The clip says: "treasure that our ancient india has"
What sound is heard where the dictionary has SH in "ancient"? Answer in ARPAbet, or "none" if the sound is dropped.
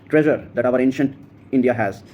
SH